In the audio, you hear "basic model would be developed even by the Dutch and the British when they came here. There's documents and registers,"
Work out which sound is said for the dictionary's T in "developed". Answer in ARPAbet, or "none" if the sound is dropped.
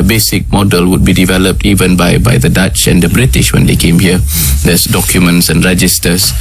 T